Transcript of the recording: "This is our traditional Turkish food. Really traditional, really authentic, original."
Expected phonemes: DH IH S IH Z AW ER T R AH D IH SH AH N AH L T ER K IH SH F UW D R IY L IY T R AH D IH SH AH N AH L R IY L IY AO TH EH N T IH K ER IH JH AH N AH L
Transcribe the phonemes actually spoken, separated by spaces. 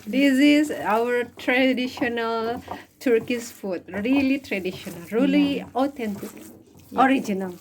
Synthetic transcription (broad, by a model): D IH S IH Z AW ER T R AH D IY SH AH N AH L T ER K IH S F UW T R IY L IY T R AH D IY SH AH N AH L R IY L IY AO T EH N T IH K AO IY JH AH N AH L